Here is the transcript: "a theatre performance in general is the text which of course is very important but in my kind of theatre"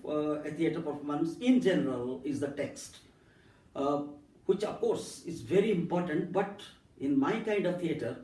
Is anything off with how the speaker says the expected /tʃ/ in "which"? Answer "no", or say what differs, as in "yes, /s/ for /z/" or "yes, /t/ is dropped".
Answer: no